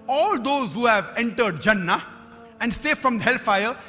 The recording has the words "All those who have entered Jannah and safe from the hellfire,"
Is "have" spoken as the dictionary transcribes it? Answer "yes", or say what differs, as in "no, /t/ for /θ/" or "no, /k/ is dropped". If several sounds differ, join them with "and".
yes